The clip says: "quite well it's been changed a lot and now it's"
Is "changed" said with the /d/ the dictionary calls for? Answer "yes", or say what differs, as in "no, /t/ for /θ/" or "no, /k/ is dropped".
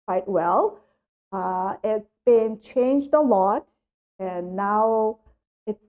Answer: yes